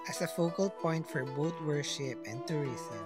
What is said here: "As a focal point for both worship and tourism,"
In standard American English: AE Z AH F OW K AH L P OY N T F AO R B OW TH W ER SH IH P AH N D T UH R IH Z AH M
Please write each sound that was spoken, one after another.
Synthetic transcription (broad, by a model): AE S AH F OW K AH L P OY N T F AO R B OW T W ER SH IH P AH N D T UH R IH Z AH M